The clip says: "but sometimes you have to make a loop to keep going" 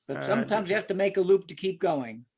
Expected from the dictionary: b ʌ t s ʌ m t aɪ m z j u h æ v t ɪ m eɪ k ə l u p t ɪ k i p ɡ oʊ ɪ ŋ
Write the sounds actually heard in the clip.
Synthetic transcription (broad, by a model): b ʌ t s ʌ m t aɪ m z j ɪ h æ f t ɪ m eɪ k ə l u p t ɪ k i p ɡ oʊ ɪ ŋ